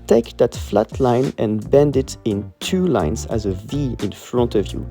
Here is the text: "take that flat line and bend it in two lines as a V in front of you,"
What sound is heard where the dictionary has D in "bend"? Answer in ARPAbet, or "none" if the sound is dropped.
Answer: D